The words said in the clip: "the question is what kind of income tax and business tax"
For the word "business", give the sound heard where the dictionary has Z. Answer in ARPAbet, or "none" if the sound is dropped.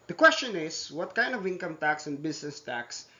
S